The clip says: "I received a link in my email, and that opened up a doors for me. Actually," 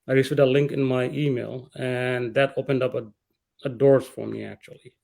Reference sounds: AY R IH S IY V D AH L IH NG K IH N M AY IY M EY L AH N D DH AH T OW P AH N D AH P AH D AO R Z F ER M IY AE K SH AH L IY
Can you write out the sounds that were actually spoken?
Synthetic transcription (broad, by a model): AY R IH S IY V D AH L IH NG K IH N M AY IY M EY L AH N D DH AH T OW P AH N D AH P AH D AO R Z F ER M IY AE K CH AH L IY